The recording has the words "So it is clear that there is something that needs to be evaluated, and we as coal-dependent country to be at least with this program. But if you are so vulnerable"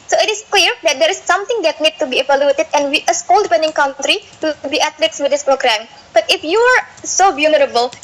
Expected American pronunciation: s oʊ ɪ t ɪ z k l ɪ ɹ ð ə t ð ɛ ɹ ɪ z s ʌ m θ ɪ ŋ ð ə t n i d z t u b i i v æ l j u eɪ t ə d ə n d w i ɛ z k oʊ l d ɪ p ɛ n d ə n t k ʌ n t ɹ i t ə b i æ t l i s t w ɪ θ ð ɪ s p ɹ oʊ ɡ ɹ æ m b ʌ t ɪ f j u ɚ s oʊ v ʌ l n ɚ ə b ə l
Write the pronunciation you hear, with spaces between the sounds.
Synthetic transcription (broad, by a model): s oʊ ɪ t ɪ s k l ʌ ɹ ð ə t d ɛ ɹ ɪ s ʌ m t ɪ ŋ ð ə t n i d t u b i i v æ l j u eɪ t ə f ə n w i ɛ s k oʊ l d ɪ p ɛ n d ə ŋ k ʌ n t ɹ i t b i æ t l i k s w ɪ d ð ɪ s p ɹ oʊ ɡ ɹ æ m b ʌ t ɪ f j u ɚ s oʊ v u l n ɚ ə b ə l